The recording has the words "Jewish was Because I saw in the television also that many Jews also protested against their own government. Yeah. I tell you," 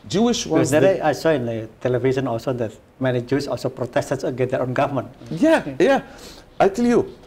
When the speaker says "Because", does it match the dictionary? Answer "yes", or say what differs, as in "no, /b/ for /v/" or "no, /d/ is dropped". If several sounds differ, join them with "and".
no, /k/ is dropped